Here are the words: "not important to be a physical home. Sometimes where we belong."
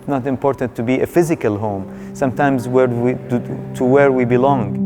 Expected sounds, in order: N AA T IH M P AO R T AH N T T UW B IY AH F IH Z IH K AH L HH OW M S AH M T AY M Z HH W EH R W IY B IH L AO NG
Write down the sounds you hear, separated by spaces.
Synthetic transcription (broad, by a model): N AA T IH M P AO R T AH N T T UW B IY AH F IH Z IH K AH L HH OW M S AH M T AY M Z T W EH R W IY B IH L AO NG